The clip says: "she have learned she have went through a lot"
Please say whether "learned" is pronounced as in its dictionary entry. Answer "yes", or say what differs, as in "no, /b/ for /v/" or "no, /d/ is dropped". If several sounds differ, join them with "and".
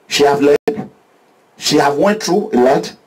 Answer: no, /n/ is dropped